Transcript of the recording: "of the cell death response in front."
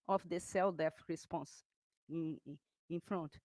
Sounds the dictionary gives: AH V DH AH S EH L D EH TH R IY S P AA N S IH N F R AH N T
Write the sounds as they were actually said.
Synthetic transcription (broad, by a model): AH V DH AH S EH L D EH F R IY S P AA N S IH N F R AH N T